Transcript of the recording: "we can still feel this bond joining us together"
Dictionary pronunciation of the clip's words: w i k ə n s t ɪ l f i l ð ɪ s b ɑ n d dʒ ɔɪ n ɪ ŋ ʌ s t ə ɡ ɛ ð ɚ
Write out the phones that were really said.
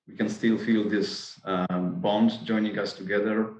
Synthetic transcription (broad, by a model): w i k ə n s t ɪ l f i l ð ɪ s b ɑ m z dʒ ɔɪ n ɪ ŋ ʌ s t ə ɡ ɛ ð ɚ